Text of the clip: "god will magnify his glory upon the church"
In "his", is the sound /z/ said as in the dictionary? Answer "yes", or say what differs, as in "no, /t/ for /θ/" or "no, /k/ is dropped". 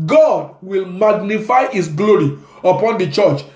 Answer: no, /s/ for /z/